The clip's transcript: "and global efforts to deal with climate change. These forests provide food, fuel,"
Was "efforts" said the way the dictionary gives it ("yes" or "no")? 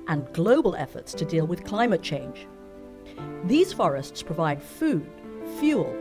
yes